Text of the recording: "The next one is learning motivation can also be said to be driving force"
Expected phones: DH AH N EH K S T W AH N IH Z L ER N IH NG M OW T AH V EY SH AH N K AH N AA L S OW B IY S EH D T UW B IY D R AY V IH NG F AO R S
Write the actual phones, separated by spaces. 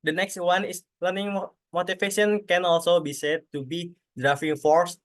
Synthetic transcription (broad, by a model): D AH N EH K S T W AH N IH S L ER N IH NG M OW T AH F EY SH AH N K AH N AA L S OW B IY S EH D T UW B IY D R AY F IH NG F AO R S